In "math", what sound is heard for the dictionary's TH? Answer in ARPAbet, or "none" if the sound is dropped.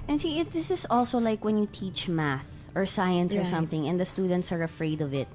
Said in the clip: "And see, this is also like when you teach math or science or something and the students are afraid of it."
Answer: TH